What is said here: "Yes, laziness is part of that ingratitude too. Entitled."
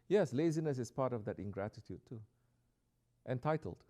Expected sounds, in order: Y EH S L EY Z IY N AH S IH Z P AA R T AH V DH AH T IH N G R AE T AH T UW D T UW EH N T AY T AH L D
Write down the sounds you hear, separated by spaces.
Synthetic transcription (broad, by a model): Y EH S L EY Z IY N AH S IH S P AA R T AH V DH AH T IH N G R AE T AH T UW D T UW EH N T AY T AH L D